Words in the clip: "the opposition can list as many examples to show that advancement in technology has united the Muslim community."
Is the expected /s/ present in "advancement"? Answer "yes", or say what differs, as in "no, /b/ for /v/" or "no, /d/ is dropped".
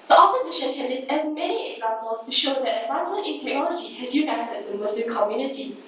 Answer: no, /s/ is dropped